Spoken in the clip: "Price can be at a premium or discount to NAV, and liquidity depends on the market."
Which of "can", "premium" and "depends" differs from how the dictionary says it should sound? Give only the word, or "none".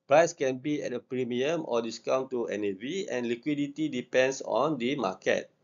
depends